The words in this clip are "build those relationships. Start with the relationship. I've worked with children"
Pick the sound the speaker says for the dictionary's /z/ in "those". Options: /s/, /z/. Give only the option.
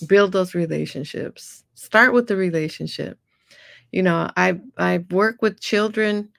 /z/